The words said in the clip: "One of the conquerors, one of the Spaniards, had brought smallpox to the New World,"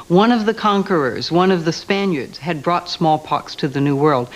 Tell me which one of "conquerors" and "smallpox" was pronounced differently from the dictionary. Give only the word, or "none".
none